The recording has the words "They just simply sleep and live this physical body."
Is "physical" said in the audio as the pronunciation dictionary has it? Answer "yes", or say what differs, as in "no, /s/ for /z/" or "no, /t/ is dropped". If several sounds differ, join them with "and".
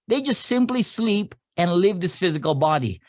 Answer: yes